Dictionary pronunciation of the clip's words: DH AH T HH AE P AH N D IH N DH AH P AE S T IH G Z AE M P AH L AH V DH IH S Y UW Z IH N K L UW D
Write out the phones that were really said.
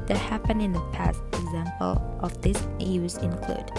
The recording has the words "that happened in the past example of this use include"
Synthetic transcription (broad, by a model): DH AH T HH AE P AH N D IH N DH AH P AE S T IH G Z AE M P AH L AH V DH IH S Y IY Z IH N K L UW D